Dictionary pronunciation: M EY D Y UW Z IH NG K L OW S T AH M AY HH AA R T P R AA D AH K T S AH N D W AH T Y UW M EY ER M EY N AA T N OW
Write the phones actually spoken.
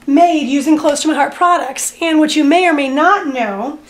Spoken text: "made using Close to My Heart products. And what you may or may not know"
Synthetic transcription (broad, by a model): M EY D Y UW Z IH NG K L OW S T AH M AY HH AA R T P R AA D AH K T S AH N W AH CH Y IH M EY ER M EY N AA T N OW